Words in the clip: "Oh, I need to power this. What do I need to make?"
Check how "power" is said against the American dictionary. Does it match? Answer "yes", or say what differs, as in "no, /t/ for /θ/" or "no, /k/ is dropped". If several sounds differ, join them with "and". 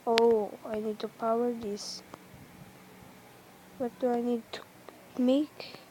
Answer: yes